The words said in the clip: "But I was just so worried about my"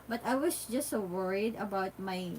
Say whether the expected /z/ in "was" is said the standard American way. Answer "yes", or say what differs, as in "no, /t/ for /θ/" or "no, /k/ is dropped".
no, /s/ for /z/